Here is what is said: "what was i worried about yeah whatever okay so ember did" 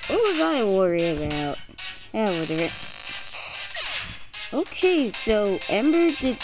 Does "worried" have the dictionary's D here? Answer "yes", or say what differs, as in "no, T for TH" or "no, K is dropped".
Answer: no, D is dropped